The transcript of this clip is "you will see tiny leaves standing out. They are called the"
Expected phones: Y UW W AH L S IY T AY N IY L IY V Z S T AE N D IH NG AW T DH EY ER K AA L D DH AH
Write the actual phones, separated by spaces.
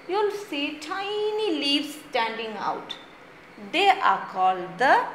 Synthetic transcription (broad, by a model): Y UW L S IY T AY N IY L IY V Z S T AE N D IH NG AW T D EY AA K AA L D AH